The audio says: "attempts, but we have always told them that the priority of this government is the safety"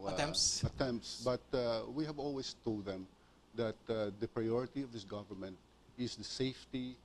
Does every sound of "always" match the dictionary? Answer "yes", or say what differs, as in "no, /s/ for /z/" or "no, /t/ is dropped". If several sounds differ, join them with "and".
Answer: no, /s/ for /z/